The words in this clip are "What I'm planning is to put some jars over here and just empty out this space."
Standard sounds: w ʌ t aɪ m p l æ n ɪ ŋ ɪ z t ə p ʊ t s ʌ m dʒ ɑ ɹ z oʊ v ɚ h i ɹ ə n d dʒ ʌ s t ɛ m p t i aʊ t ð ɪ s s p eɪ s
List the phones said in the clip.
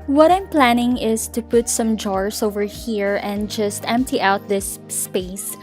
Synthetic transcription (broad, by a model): w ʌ t aɪ m p l æ n ɪ ŋ ɪ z t ə p ʊ t s ʌ m dʒ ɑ ɹ s oʊ v ɚ h i ɹ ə n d dʒ ʌ s t ɛ m p t i aʊ t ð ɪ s s p eɪ s